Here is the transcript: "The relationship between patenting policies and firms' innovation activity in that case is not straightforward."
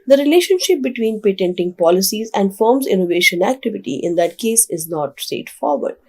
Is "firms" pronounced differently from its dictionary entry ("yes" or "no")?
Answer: no